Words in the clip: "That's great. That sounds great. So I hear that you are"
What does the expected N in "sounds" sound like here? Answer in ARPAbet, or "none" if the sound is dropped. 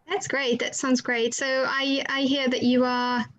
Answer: N